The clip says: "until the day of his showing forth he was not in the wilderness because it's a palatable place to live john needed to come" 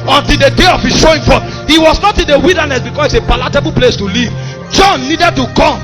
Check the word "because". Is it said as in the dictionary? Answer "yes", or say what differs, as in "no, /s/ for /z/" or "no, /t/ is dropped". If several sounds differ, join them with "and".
no, /s/ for /z/